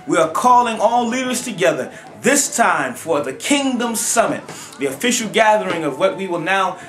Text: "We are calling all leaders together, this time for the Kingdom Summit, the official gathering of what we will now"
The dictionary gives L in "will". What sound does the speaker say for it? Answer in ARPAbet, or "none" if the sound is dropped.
L